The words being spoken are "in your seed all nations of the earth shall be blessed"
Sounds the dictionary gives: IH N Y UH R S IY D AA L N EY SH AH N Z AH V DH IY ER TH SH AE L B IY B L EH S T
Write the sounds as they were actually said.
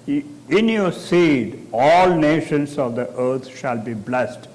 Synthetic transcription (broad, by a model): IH N Y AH R S IY D AA L N EY SH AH N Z AH V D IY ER T SH AE L B IY B L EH S T